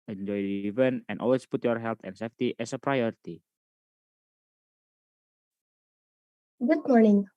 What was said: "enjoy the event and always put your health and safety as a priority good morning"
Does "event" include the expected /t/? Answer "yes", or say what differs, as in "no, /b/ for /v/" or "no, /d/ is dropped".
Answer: no, /t/ is dropped